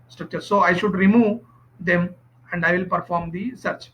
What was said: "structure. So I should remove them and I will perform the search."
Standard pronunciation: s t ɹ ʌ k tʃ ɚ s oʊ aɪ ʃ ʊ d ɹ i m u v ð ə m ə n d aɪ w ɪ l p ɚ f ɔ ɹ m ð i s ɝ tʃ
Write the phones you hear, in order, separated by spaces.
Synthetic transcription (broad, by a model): s t ɹ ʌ k tʃ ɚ s oʊ aɪ ʃ ʊ d ɹ i m u v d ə m ə n d aɪ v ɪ l p ɚ f ɔ ɹ m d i s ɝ tʃ